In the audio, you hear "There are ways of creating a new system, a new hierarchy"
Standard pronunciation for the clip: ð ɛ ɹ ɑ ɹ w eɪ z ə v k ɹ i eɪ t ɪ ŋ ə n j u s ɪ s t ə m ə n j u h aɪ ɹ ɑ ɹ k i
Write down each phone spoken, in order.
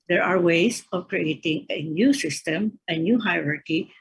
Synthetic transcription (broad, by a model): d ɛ ɹ ɑ ɹ w eɪ s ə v k ɹ i eɪ t ɪ ŋ ə n j u s ɪ s t ə m ə n j u h aɪ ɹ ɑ ɹ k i